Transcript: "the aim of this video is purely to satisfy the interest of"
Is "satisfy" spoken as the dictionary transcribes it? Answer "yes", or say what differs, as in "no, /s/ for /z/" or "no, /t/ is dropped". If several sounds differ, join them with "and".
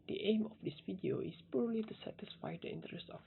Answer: yes